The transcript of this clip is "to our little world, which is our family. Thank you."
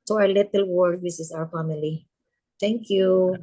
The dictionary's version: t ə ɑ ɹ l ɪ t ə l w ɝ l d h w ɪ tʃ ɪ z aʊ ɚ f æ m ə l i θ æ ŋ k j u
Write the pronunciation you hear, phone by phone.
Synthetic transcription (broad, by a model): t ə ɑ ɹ l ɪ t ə l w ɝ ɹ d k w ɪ s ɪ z aʊ ɚ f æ m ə l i t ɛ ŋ k j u